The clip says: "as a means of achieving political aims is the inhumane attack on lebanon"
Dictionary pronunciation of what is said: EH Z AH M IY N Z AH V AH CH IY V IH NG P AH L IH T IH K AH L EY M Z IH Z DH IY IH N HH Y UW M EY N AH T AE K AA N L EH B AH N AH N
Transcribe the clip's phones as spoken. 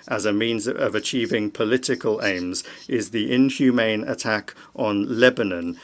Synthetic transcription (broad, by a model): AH Z AH M IY N Z AH V AH CH IY V IH NG P AH L IH T IH K AH L EY M Z IH Z DH IY IH N HH Y UW M EY N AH T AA K N L EH B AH N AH N